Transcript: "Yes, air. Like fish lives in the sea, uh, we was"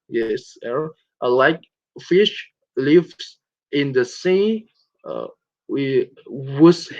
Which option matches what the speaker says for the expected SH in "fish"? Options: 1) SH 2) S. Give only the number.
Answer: 1